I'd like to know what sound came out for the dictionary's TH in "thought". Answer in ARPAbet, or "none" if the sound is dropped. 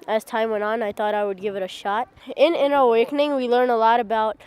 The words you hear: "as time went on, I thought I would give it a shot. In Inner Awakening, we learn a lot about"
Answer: TH